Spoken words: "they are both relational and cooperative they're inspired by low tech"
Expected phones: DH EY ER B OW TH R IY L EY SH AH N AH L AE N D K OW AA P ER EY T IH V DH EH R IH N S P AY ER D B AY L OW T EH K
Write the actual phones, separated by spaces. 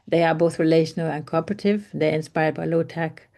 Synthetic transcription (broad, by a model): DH EY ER B OW TH R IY L EY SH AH N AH L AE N K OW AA P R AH T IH V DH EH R IH N S P AY ER D B AY L OW T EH K